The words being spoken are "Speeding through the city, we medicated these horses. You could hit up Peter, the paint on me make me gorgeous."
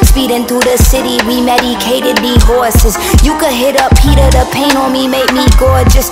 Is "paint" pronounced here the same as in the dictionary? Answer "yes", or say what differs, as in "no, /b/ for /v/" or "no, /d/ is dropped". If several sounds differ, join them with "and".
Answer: no, /t/ is dropped